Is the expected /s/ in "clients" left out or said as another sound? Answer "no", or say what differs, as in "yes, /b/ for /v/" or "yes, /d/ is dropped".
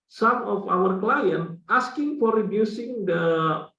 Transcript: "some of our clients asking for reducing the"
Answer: yes, /s/ is dropped